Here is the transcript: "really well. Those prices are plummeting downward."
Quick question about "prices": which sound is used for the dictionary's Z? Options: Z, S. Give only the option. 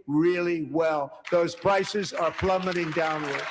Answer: Z